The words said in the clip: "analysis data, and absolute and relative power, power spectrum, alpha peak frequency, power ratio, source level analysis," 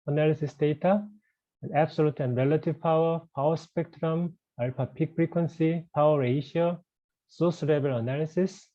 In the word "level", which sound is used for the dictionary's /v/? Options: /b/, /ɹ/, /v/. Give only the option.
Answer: /b/